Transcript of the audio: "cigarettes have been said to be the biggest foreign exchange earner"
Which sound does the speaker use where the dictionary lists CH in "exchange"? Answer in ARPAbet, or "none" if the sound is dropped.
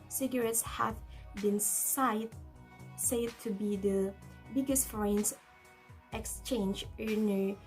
CH